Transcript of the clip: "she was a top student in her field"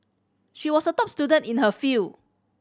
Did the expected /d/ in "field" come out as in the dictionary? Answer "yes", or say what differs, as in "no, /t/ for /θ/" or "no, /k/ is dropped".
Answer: no, /d/ is dropped